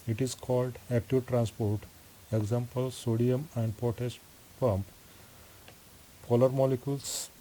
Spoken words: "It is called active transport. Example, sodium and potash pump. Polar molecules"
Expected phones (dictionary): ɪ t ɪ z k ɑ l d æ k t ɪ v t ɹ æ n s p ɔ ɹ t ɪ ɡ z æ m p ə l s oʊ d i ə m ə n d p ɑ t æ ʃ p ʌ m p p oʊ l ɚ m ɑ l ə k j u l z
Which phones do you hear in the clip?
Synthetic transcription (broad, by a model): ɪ t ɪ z k ɑ l d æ k t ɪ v t ɹ æ n s p ɔ ɹ t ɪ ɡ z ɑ m p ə l s oʊ d i ə m ə n d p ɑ t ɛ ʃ p ʌ m p p oʊ l ɚ m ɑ l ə k j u l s